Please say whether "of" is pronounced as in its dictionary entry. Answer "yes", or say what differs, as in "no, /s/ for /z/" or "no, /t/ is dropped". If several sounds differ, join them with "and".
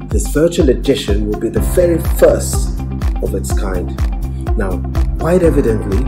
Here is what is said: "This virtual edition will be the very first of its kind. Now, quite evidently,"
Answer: yes